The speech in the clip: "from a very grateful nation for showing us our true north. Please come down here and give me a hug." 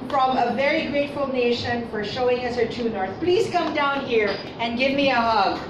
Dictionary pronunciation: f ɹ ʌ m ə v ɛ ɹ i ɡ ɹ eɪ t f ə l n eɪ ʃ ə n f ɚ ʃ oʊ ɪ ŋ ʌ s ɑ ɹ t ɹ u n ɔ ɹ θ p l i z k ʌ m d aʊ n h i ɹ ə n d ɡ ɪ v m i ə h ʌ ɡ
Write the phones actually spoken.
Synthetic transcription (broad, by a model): f ɹ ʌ m ə v ɛ ɹ i ɡ ɹ eɪ t f ə l n eɪ ʃ ə n f ɚ ʃ oʊ ɪ ŋ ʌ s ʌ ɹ t u n ɔ ɹ θ p l i z k ʌ m d aʊ n h i ɹ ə n ɡ ɪ v m i ə h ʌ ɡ